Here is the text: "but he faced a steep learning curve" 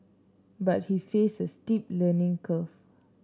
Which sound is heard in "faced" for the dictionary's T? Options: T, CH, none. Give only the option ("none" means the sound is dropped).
none